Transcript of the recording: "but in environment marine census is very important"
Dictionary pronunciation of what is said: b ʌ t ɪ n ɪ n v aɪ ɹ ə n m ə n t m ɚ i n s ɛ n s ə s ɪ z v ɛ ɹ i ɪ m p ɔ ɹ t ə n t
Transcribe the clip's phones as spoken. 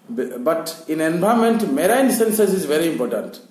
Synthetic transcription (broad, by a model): b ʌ t ɪ n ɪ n b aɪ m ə n m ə t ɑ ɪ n s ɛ n s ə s ɪ z v ɛ ɹ i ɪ m p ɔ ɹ t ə n t